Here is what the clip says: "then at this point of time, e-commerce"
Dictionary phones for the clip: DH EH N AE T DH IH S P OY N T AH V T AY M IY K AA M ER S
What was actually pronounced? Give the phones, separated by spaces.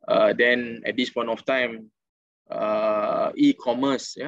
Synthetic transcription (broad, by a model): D EH N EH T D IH S P OY N T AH F T AY M IY K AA M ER S